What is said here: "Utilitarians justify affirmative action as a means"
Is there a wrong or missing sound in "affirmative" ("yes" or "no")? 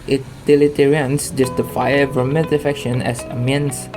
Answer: yes